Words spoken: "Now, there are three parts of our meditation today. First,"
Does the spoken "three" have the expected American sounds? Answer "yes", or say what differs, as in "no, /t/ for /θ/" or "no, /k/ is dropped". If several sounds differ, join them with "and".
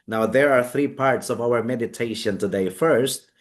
yes